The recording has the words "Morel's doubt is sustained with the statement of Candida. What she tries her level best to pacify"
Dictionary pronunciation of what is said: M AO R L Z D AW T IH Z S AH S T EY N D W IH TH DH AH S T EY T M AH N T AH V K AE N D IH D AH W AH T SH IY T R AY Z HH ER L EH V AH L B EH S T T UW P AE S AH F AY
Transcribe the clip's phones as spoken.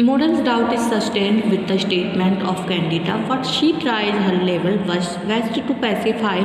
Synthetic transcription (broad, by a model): M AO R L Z D AW T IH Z S AH S T EY N D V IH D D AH S T EY T M AH N T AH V K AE N D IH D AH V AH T SH IY T R AY Z HH ER L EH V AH L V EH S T T UW P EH S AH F AY